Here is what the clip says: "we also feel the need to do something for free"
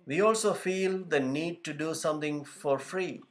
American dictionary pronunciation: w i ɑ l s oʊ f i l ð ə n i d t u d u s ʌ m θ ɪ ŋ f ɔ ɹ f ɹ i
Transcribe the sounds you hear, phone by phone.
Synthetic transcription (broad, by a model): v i ɑ l s oʊ f i l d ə n i d t u d u s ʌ m t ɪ ŋ f ɔ ɹ f ɹ i